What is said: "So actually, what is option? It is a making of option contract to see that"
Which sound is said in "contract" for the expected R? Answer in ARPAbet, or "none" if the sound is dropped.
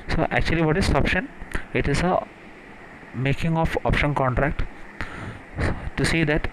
R